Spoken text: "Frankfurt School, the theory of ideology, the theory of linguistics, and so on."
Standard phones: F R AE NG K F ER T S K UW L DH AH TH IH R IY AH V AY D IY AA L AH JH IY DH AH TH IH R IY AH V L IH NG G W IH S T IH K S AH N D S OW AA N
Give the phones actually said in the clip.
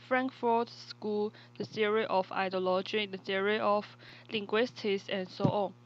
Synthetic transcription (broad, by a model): F R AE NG K F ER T S K UW L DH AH S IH R IY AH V AY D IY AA L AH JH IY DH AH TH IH R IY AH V L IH NG G W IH S T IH S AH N S OW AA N